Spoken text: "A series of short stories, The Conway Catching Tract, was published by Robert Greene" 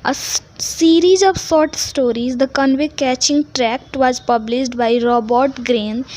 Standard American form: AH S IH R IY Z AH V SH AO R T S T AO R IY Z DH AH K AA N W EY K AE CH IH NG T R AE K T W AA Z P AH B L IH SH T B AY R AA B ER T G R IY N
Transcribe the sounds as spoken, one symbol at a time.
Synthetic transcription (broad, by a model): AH S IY R IY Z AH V S AO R T S T AO R IY Z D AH K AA N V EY K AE CH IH NG T R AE K T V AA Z P AH B L IH SH T B AY R AA B ER T G R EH N